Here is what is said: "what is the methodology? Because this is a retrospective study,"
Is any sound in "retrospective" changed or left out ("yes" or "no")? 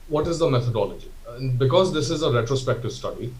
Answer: no